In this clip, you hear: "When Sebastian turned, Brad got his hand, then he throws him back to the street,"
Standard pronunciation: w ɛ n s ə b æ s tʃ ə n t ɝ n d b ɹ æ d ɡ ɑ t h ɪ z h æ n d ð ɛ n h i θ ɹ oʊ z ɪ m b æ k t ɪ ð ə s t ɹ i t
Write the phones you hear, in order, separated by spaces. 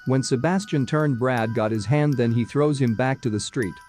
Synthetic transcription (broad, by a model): w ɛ n s ə b æ s tʃ ə n t ɝ n b ɹ æ d ɡ ɑ t h ɪ z h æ n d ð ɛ n i θ ɹ oʊ z ɪ m b æ k t ɪ ð ə s t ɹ i t